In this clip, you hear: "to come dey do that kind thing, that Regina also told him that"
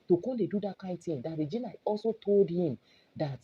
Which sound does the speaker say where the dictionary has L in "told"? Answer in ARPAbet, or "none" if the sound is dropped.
L